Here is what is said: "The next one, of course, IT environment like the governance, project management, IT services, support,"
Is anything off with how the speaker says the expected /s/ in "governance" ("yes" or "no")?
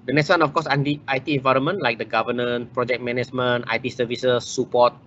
yes